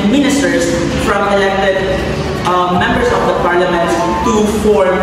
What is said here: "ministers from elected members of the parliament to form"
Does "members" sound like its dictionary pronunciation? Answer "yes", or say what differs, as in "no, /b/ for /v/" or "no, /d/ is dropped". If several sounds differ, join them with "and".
no, /s/ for /z/